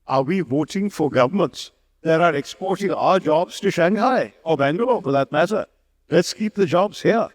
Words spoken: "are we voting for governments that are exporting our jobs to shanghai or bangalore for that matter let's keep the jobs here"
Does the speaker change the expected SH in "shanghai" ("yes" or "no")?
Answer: no